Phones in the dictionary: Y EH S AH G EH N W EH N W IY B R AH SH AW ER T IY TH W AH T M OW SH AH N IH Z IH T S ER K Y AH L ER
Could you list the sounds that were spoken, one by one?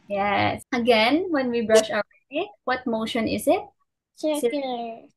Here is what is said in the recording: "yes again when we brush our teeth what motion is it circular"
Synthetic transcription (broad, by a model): Y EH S AH G EH N W EH N W IY B R AH SH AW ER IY T W AH T M OW SH AH N IH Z IH T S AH